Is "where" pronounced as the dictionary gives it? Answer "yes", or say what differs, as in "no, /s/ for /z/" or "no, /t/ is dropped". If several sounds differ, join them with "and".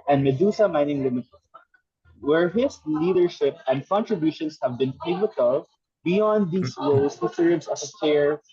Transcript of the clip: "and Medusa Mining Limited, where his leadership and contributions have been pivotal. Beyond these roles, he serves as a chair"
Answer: yes